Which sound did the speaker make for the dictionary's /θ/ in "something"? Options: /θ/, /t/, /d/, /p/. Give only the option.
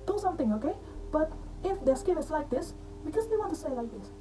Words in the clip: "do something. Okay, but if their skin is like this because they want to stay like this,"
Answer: /t/